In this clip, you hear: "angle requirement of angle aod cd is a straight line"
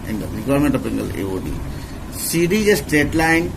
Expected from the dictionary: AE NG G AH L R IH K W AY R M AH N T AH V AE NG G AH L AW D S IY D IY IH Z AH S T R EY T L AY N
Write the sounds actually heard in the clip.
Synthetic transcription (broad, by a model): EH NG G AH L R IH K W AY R M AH N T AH P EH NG G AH L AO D S IY D IY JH AH S T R EY T L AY N